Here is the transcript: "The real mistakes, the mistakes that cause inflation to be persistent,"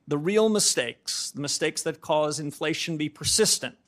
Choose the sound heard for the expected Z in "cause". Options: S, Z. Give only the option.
Z